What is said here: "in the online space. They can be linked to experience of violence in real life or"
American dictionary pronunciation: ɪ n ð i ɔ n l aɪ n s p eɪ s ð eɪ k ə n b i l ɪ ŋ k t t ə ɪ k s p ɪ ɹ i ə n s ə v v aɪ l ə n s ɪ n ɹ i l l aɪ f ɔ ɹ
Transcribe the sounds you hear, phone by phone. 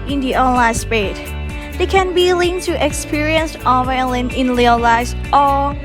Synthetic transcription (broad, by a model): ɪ n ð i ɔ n l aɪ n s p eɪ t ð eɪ k ə n b i l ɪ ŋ t t ə k s p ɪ ɹ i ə n s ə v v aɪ l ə n ɪ n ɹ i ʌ l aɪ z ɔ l